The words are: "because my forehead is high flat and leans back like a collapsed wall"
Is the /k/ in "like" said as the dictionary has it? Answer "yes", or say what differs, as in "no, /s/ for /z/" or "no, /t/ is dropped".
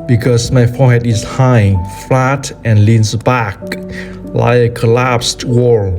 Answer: no, /k/ is dropped